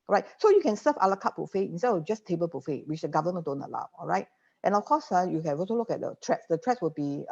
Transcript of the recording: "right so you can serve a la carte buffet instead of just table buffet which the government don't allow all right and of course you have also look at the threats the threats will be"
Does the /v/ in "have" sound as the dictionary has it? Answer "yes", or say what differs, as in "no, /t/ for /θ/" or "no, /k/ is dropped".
no, /b/ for /v/